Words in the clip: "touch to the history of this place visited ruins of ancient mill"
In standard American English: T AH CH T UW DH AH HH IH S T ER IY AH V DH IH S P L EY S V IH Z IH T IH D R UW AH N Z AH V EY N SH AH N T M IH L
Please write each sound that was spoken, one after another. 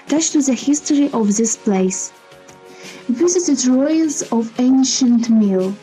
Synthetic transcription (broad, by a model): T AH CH T UW DH AH HH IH S T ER IY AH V DH IH S P L EY S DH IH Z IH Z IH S R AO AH L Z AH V EY N SH AH N T M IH L